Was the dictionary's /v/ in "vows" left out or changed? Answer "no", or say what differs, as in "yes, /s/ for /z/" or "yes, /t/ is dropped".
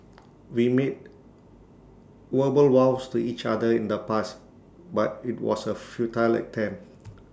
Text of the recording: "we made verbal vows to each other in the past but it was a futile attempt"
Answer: yes, /w/ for /v/